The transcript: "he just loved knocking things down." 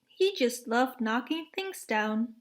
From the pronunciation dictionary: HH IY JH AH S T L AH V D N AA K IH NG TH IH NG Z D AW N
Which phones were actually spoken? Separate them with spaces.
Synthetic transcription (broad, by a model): HH IY JH AH S T L AH V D N AA K IH NG TH IH NG Z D AW N